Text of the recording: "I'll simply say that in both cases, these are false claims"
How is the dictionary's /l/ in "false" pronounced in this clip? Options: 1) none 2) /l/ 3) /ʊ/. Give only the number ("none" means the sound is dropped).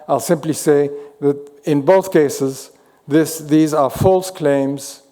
2